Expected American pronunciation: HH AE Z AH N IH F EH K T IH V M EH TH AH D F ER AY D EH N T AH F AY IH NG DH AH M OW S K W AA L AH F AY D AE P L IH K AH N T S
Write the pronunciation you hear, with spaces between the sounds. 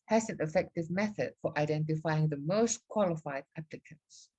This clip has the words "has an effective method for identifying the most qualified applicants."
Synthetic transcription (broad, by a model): HH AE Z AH N IH F EH K T IH V M EH TH AH D F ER AY D EH N T AH F AY IH NG DH AH M OW S K W AA L AH F AY D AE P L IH K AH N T S